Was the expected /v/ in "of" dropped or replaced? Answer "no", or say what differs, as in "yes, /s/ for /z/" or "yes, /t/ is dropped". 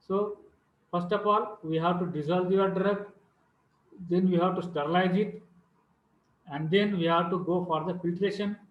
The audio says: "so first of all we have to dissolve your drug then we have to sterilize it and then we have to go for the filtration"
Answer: yes, /p/ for /v/